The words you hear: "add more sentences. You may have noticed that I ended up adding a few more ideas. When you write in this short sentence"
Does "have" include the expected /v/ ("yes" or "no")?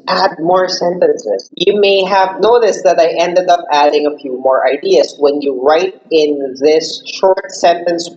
yes